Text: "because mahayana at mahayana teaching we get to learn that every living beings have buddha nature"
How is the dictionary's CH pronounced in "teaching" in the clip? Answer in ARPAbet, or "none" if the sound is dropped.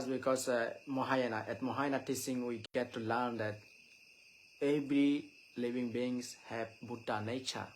S